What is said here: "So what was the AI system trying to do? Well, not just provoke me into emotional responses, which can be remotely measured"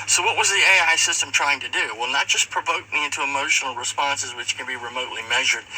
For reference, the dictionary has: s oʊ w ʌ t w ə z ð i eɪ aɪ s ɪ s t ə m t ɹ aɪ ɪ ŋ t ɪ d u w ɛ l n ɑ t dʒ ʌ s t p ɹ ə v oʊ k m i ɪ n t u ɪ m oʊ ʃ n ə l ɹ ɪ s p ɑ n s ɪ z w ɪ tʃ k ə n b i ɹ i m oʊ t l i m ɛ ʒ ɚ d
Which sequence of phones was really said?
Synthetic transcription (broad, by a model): s oʊ w ʌ t w ə z ð i eɪ aɪ s ɪ s t ə m t ɹ aɪ ɪ ŋ t ɪ d u w ɛ l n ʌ t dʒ ʌ s p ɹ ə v oʊ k m i ɪ n t u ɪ m oʊ ʃ n l ɹ ɪ s p ɑ n s ɪ z w ɪ tʃ k ə n b i ɹ i m oʊ t l i m ɛ ʒ ɚ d